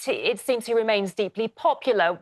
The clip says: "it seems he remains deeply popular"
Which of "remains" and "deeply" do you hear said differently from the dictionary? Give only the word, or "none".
none